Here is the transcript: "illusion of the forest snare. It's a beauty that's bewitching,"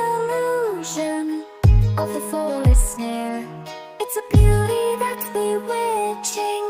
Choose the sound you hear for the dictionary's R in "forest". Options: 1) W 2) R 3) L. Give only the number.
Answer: 3